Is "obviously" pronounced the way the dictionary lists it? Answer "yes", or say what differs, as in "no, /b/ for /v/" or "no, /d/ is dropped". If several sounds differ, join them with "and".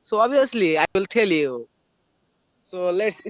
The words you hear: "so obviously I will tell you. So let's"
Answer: no, /v/ is dropped